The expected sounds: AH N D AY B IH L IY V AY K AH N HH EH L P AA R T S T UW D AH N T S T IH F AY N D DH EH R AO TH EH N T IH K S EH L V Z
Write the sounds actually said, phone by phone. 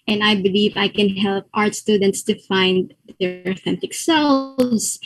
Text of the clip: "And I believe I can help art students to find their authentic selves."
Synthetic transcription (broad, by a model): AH N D AY B IH L IY V AY K AH N HH EH L P AA R T S T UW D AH N T S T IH F AY N D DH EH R AO TH EH N T IH K S EH L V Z